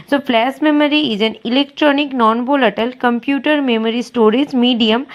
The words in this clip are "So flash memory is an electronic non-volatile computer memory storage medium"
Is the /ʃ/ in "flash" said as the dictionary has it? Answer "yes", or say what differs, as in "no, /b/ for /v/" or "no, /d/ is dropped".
no, /s/ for /ʃ/